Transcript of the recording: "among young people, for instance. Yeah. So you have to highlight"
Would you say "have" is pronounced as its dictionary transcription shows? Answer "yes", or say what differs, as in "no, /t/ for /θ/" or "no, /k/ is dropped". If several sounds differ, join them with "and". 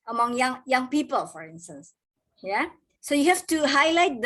no, /f/ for /v/